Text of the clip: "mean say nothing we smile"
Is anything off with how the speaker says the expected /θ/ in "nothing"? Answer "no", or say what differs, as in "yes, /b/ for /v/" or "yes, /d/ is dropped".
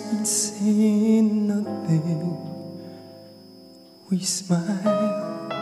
yes, /t/ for /θ/